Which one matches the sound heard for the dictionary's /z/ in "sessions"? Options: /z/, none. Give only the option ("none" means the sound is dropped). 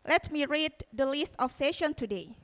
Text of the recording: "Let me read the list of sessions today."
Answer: none